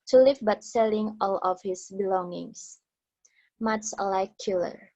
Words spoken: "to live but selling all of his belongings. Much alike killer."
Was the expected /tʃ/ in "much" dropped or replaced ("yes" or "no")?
yes